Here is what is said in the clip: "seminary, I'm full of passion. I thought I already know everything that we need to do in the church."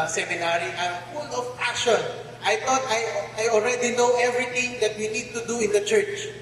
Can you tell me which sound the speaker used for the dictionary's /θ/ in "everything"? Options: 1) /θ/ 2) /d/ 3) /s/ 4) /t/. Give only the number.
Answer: 4